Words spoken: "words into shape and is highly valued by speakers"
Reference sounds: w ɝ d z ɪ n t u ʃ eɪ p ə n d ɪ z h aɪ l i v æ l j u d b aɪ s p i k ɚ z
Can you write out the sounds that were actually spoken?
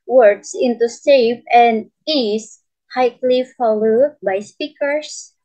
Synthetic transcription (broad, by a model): w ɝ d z ɪ n t u s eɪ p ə n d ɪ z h aɪ l i f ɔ l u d b aɪ s p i k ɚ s